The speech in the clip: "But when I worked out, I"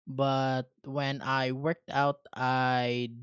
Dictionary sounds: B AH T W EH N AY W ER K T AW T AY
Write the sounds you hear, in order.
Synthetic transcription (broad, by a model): B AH T W EH N AY W ER K T AW T AY